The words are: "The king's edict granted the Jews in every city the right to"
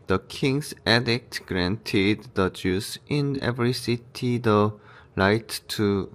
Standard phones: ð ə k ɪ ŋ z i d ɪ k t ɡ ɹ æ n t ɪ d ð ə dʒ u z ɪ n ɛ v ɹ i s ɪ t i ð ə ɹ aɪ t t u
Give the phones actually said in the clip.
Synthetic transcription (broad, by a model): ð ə k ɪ ŋ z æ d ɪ k t ɡ ɹ æ n t ɪ d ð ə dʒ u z ɪ n ɛ v ɹ i s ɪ t i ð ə l aɪ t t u